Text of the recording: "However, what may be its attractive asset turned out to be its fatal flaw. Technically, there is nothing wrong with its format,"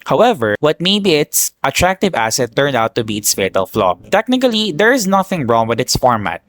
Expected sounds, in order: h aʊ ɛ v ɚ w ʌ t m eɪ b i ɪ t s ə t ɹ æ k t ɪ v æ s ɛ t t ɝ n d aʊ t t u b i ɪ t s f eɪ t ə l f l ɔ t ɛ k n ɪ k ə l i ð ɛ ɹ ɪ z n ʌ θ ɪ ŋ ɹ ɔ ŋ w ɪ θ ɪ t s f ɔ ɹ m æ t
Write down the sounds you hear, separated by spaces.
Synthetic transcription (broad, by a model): h aʊ ɛ v ɚ w ʌ t m eɪ b i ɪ t s ə t ɹ æ k t ɪ v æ s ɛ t t ɝ n d aʊ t t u b i ɪ t s f eɪ t ə l f l ɔ t ɛ k n ɪ k ə l i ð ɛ ɹ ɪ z n ʌ θ ɪ ŋ ɹ ɔ ŋ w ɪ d ɪ t s f ɔ ɹ m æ t